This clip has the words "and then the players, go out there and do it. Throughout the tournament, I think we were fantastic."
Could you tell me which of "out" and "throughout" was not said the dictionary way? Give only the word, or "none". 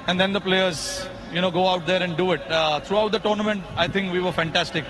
throughout